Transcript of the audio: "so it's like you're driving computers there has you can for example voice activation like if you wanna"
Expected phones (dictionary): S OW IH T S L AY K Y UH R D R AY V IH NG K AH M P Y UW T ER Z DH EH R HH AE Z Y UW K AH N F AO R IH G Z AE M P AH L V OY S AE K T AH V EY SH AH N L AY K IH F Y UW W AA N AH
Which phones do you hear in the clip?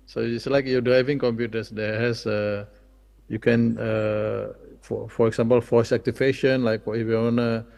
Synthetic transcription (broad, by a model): S OW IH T S L AY K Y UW D R AY V IH NG K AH M P Y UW T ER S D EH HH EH S Y UW K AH N F AO R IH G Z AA M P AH L F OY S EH K T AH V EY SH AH N L AY K IH F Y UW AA N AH